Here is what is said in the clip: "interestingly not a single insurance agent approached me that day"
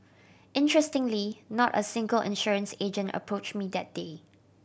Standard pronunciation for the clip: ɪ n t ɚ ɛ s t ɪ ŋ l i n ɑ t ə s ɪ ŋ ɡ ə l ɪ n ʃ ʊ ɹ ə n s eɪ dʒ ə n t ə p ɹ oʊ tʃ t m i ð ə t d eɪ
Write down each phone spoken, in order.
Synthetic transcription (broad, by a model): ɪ n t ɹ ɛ s t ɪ ŋ l i n ɑ t ə s ɪ ŋ ɡ ə l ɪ n ʃ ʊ ɹ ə n s eɪ dʒ ə n t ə p ɹ oʊ tʃ m i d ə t d eɪ